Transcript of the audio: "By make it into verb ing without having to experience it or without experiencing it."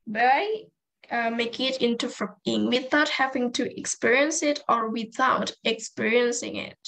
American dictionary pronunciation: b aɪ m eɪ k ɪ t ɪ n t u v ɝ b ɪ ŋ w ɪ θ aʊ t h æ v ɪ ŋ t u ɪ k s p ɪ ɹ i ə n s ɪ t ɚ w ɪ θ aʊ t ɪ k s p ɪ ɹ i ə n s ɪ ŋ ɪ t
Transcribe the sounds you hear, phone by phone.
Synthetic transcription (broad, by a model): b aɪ m eɪ k ɪ t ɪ n t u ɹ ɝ ɪ ŋ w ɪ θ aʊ t h æ v ɪ ŋ t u ɪ k s p ɪ ɹ i ə n s ɪ t ɚ w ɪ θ aʊ t ɪ k s p ɪ ɹ i ə n s ɪ ŋ ɪ t